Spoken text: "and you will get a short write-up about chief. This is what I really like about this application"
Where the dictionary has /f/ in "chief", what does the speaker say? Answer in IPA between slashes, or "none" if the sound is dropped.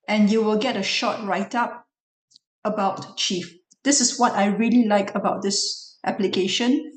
/f/